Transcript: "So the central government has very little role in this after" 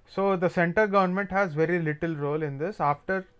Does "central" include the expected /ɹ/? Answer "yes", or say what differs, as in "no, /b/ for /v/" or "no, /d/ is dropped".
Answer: no, /ɹ/ is dropped